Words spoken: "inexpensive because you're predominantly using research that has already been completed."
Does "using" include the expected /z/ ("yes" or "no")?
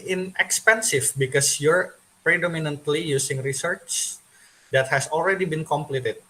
no